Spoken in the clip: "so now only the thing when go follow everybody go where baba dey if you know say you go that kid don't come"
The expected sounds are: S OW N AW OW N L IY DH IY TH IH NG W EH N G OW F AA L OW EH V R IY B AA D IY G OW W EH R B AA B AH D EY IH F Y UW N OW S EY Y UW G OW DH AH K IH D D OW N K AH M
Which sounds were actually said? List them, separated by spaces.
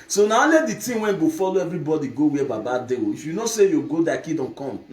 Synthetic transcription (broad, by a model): S OW N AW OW L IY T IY T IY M W EH N G OW F AA L OW EH V R IY B AA D IY G OW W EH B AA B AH D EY IH F Y UW N OW S EY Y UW G OW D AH K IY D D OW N K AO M